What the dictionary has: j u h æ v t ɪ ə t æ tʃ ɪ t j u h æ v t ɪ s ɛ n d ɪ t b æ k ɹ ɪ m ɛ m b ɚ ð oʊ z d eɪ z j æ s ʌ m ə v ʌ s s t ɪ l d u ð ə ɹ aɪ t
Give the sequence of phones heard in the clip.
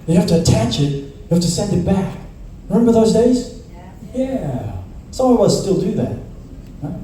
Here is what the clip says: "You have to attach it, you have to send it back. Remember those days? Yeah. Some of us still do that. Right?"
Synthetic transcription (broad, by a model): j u h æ f t ɪ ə t æ tʃ ɪ t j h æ f t ɪ s ɛ n d ɪ t b æ k ɹ ɪ m ɛ m b ɚ ð oʊ z d eɪ z j æ s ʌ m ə w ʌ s s t ɪ l d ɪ ð ə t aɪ